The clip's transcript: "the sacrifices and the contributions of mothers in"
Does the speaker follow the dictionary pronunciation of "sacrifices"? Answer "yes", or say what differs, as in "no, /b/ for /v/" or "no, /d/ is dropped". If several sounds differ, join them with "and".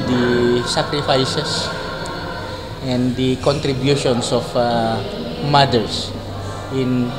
no, /s/ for /z/